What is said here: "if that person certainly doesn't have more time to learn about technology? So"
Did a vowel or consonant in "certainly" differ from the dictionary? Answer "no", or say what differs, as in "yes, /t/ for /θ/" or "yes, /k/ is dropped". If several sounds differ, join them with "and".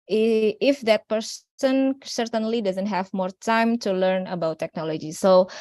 no